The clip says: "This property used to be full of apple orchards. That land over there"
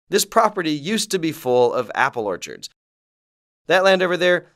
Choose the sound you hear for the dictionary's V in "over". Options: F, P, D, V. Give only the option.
V